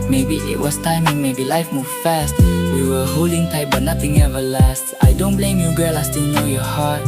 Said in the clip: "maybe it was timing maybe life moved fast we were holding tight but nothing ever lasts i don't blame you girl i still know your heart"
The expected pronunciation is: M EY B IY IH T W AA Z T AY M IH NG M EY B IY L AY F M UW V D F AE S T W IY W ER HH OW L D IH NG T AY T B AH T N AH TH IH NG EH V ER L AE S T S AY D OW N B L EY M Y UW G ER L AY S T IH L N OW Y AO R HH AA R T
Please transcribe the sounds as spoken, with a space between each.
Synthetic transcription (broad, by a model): M EY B IY IH T W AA S T AY M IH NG M EY B IY L AY F M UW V F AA S T W IY W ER HH OW L D IH NG T AY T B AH T N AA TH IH NG EH V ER L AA S T AY D OW N B L EY M Y UW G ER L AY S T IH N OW Y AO HH AA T